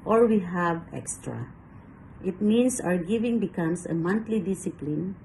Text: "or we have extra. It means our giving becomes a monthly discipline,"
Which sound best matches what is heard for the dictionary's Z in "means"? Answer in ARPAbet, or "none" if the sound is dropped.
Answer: S